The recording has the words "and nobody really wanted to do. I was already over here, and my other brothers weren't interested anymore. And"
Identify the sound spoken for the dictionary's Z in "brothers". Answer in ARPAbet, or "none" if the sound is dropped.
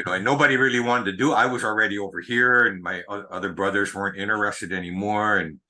Z